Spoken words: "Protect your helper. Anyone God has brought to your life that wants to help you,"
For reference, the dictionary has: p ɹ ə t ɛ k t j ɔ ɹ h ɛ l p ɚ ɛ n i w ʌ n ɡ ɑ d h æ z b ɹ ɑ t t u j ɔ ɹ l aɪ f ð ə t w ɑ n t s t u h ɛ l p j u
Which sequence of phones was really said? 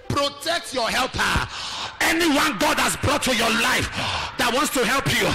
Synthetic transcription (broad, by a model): p ɹ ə t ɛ k t j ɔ h ɛ l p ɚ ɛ n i w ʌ n ɡ ɑ d h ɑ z b ɹ ɑ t t u j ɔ l aɪ f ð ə t w ɑ n t s t u h ɛ l p j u